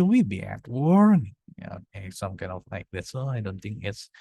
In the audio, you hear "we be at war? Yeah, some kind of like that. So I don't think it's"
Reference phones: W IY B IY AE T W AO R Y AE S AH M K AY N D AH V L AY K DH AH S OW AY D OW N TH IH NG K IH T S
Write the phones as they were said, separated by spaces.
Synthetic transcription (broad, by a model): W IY B IY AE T W AO R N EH S AH M K AY N D AH V L AY K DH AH S OW AY D OW N TH IH NG K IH T S